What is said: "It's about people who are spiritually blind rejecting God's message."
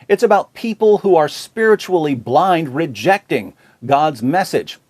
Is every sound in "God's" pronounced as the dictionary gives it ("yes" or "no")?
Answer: yes